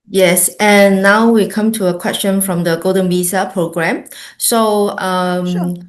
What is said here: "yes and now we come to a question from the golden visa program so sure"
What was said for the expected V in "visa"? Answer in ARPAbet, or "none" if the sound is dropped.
B